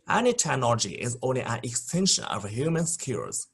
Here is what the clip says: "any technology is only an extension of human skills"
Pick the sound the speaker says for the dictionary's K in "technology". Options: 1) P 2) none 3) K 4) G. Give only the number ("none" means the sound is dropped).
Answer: 2